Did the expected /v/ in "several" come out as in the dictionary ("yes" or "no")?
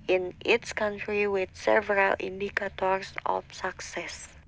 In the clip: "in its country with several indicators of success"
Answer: yes